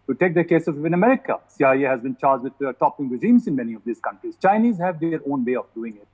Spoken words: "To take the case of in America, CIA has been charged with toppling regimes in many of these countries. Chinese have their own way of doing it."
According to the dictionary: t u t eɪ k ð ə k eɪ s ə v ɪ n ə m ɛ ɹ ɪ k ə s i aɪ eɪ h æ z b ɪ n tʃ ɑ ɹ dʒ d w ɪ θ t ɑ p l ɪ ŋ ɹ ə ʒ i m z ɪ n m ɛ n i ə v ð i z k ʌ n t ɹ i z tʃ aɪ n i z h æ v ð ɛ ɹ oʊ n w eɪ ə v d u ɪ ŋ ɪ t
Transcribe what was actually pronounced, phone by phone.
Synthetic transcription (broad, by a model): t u t eɪ k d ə k eɪ s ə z ɪ n ə m ɛ ɹ ɪ k ə s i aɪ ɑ h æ z b ɪ n tʃ ɑ ɹ dʒ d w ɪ t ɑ p ɪ ŋ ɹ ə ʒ i m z ɪ n m ɛ n i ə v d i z k ʌ n t ɹ i z tʃ aɪ n i z h æ v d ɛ ɹ oʊ n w eɪ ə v d u ɪ ŋ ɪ t